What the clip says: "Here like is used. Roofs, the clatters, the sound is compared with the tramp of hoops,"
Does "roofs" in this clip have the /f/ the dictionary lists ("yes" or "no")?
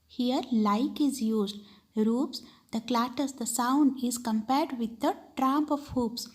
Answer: no